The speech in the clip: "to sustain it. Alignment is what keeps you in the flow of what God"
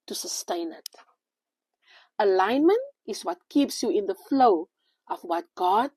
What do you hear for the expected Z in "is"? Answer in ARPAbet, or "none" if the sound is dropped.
S